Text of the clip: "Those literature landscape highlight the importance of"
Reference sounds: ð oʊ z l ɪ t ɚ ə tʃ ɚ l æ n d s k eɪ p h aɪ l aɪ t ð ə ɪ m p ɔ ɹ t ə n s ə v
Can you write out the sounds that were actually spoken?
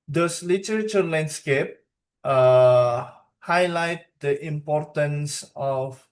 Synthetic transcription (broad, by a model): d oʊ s l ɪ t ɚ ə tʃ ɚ l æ n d s k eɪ p h aɪ l aɪ t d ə ɪ m p ɔ ɹ t ə n s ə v